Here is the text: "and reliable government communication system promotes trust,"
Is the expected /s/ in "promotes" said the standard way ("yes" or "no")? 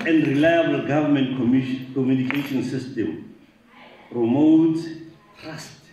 no